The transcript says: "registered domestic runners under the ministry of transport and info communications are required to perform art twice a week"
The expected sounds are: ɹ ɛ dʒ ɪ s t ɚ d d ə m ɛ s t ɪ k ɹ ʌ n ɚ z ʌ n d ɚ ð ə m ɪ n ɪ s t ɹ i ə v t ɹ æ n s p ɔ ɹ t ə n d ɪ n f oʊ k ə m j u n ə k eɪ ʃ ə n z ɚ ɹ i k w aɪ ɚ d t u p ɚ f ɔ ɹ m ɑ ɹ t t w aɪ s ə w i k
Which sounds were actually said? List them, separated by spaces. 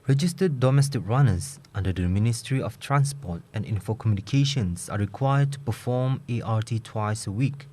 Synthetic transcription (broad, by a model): ɹ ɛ dʒ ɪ s t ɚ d d ə m ɛ s t ɪ k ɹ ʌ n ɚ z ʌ n d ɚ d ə m ɪ n ɪ s t ɹ i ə f t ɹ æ n s p ɔ t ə n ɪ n f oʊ k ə m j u n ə k eɪ ʃ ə n s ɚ ɹ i k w aɪ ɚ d t u p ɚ f ɔ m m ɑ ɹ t t w aɪ s ə w i k